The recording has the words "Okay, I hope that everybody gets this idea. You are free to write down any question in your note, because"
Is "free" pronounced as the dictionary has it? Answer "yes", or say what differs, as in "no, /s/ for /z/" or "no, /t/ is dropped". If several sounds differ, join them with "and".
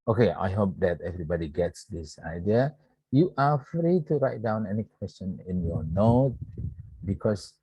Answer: yes